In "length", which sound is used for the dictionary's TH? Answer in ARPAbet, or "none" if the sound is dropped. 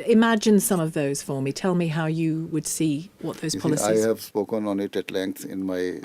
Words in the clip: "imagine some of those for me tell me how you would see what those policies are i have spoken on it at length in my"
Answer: S